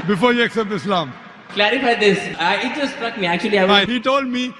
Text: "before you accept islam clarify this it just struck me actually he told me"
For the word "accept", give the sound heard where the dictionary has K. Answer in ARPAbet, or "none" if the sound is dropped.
K